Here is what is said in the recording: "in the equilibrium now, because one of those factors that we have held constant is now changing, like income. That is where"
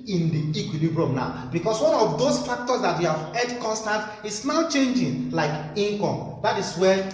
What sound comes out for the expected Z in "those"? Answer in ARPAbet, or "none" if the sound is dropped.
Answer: S